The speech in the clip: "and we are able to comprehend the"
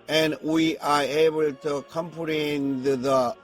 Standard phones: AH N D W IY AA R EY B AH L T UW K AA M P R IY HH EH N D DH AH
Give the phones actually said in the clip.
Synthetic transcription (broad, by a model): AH N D W IY AA R EY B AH L T UW K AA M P IY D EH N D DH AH